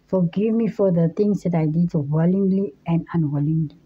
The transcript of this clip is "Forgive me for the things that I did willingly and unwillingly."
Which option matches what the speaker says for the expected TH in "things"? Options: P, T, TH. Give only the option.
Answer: T